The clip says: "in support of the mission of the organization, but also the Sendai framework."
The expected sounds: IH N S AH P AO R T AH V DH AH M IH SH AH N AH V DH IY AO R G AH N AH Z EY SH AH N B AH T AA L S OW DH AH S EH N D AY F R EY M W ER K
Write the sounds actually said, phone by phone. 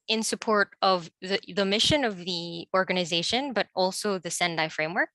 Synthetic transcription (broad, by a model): IH N S AH P AO R T AH V DH AH M IH SH AH N AH V DH IY AO R G AH N AH Z EY SH AH N B AH T AA L S OW DH AH S EH N D AY F R EY M W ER K